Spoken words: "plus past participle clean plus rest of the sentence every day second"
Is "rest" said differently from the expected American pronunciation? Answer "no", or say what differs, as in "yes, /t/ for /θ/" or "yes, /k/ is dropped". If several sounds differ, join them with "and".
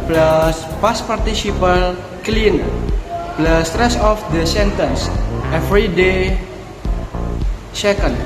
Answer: yes, /t/ is dropped